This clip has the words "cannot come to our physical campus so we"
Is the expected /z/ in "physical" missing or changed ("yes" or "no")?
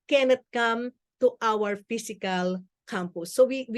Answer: yes